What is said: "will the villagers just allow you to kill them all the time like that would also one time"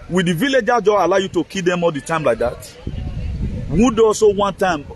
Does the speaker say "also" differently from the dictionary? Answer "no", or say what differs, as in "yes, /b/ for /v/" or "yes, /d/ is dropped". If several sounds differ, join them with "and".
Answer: yes, /l/ is dropped